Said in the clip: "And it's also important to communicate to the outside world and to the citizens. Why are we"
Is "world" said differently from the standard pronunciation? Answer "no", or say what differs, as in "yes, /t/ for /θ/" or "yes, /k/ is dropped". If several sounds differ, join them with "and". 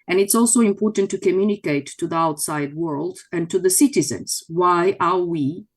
no